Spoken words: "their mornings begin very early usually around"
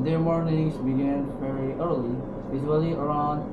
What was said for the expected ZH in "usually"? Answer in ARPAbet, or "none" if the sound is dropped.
Z